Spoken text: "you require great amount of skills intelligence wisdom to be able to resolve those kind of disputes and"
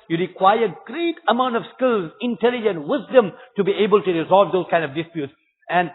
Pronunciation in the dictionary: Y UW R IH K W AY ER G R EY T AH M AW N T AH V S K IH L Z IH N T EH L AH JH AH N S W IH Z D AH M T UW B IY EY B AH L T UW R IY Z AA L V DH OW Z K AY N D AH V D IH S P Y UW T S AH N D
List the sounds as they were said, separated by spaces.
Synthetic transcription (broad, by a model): Y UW R IH K W AY ER G R EY T AH M AW N T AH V S K IH L Z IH N T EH L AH JH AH N W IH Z D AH M T UW B IY EY B AH L T UW R IY Z AA L V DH OW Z K AY N D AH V D IH S P Y UW T S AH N D